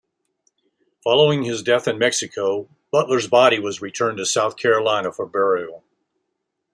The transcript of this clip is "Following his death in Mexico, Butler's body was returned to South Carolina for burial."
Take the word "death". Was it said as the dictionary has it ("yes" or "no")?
yes